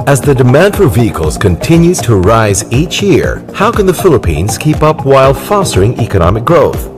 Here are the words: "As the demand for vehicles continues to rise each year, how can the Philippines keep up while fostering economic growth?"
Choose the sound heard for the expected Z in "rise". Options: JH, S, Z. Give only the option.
Z